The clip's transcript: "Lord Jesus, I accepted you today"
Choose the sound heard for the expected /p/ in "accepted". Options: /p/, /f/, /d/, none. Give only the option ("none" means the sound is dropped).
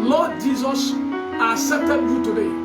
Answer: none